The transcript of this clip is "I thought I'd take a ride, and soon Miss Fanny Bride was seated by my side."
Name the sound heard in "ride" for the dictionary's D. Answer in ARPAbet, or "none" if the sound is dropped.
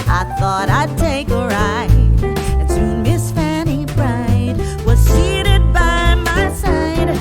none